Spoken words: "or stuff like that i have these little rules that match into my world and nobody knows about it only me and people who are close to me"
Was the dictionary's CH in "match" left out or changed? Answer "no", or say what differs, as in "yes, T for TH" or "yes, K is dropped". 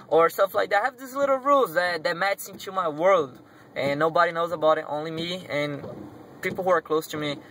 yes, S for CH